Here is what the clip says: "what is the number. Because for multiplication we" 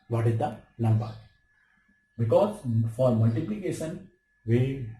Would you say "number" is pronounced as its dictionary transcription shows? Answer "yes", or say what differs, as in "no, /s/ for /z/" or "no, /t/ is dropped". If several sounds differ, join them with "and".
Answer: no, /l/ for /n/